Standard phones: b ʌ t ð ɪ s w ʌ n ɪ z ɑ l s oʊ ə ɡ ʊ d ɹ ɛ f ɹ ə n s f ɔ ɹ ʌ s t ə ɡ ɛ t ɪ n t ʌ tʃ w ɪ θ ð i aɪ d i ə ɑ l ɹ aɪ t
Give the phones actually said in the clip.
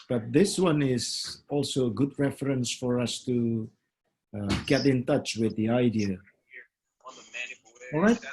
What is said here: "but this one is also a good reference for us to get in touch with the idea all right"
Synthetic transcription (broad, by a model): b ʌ t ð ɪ s w ʌ n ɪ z ɑ l s oʊ ə ɡ ʊ d ɹ ɛ f ɹ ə n s f ɔ ɹ ʌ s t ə ɡ ɛ t ɪ n t ʌ tʃ w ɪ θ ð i aɪ d i ə ɑ l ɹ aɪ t